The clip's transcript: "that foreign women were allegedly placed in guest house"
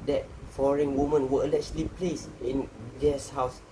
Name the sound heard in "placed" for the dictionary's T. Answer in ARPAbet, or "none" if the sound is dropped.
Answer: none